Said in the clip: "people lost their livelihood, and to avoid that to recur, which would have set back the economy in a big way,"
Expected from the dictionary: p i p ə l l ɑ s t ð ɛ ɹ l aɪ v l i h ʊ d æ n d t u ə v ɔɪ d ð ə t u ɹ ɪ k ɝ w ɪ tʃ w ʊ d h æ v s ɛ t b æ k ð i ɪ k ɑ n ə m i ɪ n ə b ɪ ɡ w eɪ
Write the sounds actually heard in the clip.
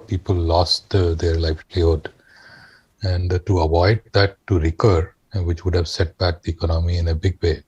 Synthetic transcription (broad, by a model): p i p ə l l ɑ s t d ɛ ɹ l aɪ f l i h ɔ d æ n d t u ə v ɔɪ d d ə t u ɹ ɪ k ɝ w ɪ tʃ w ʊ d h æ v s ɛ t b æ k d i ɪ k ɑ n ə m i ɪ n ə b ɪ ɡ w eɪ